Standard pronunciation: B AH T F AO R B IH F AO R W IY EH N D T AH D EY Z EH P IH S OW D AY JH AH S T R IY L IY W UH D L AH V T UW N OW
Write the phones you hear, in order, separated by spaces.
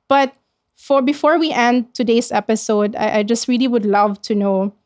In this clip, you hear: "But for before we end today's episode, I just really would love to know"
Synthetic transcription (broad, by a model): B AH T F AO R B IH F AO R W IY EH N D T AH D EY S EH P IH S OW D AY JH AH S T R IY L IY W UH D L AH V T UW N OW